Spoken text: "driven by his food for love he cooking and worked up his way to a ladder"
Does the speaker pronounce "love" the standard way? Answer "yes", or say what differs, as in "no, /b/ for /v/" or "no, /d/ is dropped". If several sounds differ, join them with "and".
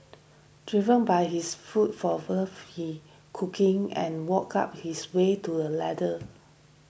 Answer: no, /w/ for /l/ and /f/ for /v/